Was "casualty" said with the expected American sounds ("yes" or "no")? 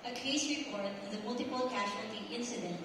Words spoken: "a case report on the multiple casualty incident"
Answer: no